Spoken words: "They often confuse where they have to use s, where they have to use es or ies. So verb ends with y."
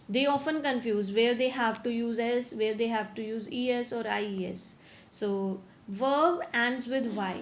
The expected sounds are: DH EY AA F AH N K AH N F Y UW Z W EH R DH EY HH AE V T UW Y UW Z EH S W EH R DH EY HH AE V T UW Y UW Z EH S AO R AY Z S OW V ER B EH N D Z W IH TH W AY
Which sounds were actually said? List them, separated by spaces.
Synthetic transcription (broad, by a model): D EY AA F AH N K AH N F Y UW Z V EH R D EY HH AE V T UW Y UW Z EH S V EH R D EY HH AE V T UW Y UW Z EH S AO R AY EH S OW V ER B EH N D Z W IH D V AY